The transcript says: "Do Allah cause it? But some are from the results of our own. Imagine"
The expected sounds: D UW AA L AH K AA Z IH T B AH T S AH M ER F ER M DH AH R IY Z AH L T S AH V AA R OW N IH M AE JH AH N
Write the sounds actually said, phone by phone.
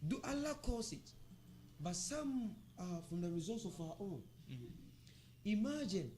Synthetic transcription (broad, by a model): D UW AA L AH K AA S IH T B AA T S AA M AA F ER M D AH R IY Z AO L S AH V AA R OW N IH M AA JH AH N